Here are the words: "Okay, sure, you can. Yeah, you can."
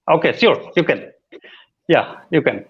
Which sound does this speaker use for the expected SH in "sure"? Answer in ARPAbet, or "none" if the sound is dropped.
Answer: S